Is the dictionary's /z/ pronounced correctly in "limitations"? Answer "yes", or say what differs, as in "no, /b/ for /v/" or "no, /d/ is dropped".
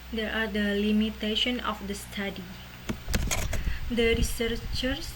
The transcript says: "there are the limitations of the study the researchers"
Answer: no, /z/ is dropped